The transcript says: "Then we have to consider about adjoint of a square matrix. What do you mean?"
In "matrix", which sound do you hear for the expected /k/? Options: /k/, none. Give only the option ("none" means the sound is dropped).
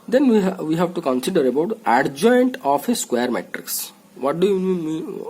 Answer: /k/